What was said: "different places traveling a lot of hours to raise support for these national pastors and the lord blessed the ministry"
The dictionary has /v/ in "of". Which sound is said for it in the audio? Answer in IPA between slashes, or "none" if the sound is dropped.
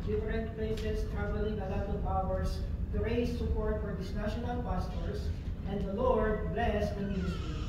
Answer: /p/